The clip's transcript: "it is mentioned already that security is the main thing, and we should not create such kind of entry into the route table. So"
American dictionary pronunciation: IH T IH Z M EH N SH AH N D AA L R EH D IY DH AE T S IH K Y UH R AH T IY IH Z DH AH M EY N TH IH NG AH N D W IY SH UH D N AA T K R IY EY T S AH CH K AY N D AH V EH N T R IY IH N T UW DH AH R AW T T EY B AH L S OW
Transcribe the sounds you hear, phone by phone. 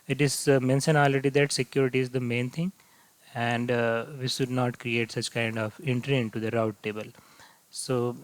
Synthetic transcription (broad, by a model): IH T IH Z M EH N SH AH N AA L EH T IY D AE T S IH K Y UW R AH T IY IH Z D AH M EY N T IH NG AH N D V IY SH UH D N AA T K R IY EY T S AH CH K AY N D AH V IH N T R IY IH N T UW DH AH R AW T T EY B AH L S OW